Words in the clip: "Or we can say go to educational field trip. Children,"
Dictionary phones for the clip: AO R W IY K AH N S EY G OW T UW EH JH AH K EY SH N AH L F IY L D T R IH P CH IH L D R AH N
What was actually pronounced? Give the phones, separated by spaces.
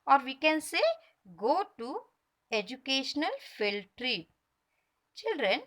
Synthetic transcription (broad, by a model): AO R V IY K AH N S EY G OW T UW EH JH AH K EY SH N AH L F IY L T R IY CH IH L D R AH N